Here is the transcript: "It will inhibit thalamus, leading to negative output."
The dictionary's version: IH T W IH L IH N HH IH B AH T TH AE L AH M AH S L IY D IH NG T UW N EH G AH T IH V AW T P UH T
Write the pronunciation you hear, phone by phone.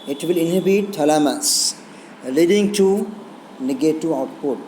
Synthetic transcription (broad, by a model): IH T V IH L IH N HH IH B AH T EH L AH M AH S L IY D IH NG T UW N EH G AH T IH AW T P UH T